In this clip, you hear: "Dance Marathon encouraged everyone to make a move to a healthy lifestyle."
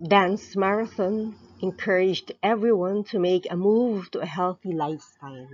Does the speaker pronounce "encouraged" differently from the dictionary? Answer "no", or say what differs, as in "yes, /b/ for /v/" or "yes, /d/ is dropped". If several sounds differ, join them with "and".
no